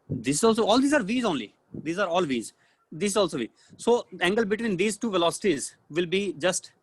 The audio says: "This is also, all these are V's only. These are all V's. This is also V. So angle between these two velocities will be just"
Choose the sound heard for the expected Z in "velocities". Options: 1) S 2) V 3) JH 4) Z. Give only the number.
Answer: 4